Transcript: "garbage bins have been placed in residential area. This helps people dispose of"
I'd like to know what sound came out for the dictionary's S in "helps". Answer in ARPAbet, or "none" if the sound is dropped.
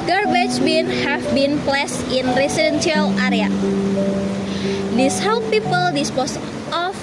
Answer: none